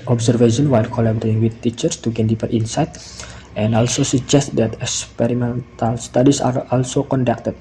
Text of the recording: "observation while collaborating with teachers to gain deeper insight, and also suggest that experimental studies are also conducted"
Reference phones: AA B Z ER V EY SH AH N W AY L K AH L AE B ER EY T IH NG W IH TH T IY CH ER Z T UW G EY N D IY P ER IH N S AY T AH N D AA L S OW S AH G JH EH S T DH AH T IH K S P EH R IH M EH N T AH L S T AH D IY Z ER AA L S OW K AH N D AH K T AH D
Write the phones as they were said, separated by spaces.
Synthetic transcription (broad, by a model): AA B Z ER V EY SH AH N W AY L K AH L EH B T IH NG W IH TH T IY CH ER S T UW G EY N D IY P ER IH N S AY T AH N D AA L S OW S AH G JH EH S T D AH T IH K S P EH R IH M EH N T AH L S T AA D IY S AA AA L S OW K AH N D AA K T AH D